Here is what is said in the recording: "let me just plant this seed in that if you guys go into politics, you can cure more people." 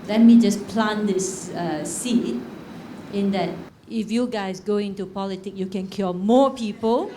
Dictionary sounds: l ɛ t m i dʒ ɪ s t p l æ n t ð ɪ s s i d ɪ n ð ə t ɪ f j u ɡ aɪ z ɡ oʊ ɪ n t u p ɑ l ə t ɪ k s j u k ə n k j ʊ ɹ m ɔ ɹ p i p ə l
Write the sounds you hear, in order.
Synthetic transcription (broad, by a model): l ɛ t m i dʒ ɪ s p l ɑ n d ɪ s s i ɪ n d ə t ɪ f j u ɡ aɪ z ɡ oʊ ɪ n t u p ɑ l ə t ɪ k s j u k ə n k j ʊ m ɔ p i p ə l